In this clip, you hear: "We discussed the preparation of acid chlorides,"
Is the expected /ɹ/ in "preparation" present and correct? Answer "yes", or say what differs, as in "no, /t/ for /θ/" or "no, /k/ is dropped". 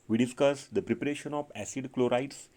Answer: yes